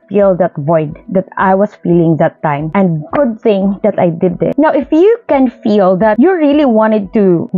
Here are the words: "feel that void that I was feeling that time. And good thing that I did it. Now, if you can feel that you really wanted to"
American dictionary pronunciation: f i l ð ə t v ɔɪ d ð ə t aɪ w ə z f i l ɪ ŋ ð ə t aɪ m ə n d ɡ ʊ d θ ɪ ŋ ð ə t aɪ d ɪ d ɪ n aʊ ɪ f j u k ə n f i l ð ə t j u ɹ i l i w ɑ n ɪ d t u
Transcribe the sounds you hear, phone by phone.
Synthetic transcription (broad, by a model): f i l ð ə t v ɔɪ d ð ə t aɪ w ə s f i l ɪ ŋ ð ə t aɪ m ə n d ɡ ʊ d θ ɪ ŋ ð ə t aɪ d ɪ d ɪ n aʊ ɪ f j u k ə n f i l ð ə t j u ɹ i l i w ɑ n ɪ d t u